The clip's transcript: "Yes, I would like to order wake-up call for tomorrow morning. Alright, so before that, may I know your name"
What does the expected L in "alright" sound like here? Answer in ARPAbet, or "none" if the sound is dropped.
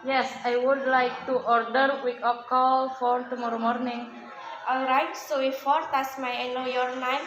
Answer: L